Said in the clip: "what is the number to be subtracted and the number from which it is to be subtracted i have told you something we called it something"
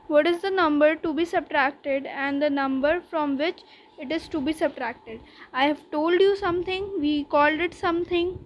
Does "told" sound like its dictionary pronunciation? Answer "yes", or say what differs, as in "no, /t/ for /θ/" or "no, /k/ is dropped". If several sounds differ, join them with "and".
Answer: yes